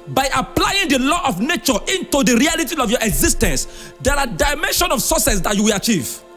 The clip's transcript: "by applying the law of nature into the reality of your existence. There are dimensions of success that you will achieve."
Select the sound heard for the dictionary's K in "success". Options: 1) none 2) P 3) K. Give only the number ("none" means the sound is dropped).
1